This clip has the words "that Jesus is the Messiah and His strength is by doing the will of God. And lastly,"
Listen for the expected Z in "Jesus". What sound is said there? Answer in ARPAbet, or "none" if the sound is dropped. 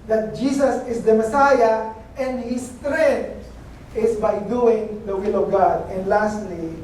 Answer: S